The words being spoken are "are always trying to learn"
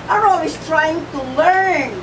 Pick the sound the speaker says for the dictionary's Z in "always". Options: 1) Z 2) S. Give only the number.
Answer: 2